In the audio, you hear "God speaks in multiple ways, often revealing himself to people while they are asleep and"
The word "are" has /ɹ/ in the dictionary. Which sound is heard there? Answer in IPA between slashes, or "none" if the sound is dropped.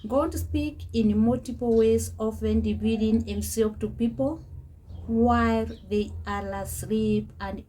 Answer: /l/